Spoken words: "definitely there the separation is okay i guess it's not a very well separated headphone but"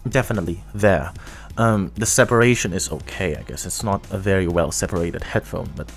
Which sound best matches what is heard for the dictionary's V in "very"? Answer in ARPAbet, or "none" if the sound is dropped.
V